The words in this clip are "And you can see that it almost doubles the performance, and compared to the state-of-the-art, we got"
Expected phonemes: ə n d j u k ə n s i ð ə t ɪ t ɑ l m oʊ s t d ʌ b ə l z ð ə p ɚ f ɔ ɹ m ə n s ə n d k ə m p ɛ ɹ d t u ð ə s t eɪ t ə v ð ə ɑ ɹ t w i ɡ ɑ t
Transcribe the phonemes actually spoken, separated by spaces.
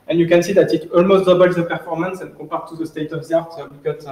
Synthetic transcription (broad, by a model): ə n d j u k ə n s i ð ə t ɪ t ɑ l m oʊ s t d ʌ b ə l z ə p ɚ f ɔ ɹ m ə n s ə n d k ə p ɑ ɹ t u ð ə s t eɪ t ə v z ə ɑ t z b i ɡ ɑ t